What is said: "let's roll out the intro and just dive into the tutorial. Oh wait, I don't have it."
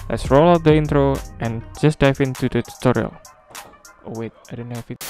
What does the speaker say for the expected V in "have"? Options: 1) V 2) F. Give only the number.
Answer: 2